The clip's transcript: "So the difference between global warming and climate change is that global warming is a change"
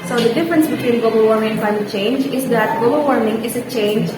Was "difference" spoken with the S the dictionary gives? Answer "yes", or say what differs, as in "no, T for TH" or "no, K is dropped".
yes